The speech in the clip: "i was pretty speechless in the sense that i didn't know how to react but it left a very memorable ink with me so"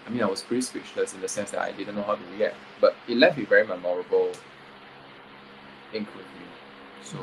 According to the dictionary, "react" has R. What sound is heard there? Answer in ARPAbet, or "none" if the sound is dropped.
W